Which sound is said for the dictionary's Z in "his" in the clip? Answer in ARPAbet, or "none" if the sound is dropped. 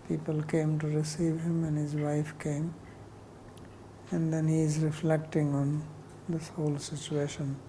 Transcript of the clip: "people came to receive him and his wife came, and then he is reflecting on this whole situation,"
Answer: Z